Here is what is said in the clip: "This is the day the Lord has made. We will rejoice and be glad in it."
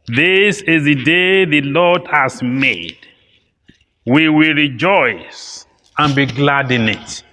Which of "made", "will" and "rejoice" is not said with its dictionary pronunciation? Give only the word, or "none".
none